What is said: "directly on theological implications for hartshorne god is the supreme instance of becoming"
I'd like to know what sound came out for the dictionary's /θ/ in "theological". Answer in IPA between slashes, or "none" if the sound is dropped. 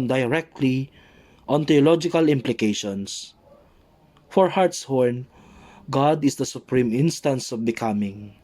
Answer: /t/